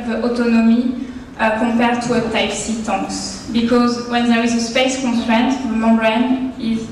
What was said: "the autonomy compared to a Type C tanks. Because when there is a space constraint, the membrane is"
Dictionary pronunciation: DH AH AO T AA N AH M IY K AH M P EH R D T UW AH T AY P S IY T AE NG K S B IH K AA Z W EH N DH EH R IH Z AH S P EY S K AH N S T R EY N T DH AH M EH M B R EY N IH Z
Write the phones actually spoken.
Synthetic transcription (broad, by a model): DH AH AO T AA N AH M IY K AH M P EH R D T UW AH T AY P S IY T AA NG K S B IH K AA Z W EH N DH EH R IH Z AH S P EY S K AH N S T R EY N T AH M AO B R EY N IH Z